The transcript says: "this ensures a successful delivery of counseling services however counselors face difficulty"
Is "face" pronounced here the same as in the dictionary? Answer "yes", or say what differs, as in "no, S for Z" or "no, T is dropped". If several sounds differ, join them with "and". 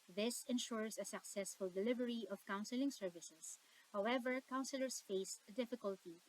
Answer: yes